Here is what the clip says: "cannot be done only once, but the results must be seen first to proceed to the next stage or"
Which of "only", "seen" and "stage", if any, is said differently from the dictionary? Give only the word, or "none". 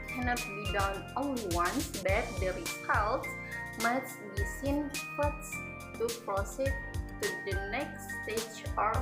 only